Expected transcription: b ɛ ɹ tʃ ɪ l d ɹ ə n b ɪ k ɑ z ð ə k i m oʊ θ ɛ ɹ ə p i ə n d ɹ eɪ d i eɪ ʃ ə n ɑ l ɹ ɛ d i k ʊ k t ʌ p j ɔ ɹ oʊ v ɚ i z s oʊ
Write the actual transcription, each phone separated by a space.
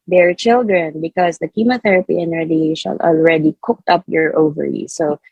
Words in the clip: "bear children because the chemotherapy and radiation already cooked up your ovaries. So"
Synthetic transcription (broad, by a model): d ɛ ɹ tʃ ɪ l d ɹ ə n b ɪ k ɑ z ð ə k i m oʊ θ ɛ ɹ ə p i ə n ɹ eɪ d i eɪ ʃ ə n ɑ l ɹ ɛ d i k ʊ k t ʌ p j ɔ ɹ oʊ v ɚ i s oʊ